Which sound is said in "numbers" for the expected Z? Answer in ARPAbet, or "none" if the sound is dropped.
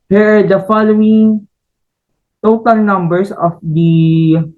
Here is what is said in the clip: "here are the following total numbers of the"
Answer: S